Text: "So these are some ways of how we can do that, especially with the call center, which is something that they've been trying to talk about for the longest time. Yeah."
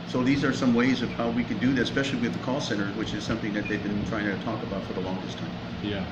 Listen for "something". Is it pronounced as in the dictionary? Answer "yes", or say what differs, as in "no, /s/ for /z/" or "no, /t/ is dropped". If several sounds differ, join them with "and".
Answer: yes